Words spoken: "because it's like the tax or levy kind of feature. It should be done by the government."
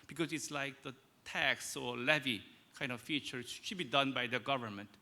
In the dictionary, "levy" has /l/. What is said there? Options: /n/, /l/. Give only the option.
/l/